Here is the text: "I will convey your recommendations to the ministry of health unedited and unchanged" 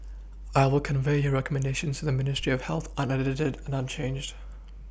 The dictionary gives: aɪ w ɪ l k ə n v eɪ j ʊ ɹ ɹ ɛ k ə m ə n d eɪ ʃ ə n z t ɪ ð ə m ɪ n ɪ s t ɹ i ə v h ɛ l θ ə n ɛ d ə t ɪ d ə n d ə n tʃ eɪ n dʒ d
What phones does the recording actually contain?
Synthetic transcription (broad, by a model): aɪ w ɪ l k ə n v eɪ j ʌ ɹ ɹ ɛ k ə m ə n d eɪ ʃ ə n z t ɪ ð ə m ɪ n ɪ s t ɹ i ə v h ɛ l θ ə n ɛ d ə t ɪ d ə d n ə n tʃ eɪ n dʒ d